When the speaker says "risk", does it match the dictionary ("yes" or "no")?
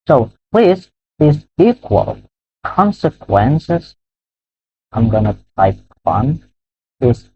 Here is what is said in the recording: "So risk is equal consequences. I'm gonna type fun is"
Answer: no